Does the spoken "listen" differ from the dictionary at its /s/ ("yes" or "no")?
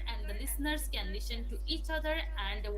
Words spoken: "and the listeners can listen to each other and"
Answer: yes